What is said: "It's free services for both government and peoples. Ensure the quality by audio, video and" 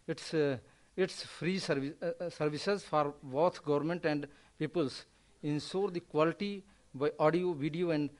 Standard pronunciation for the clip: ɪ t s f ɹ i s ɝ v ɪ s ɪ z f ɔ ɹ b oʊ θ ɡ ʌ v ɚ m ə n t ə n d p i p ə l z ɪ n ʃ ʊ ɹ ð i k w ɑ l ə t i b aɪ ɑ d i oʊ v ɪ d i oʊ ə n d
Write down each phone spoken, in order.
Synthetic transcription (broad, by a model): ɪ t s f ɹ i s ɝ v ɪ s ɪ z f ɔ ɹ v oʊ t ɡ ʌ v ɚ m ə n t ə n d p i p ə l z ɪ n s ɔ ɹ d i k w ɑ l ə t i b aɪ ɑ d i oʊ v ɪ d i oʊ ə n d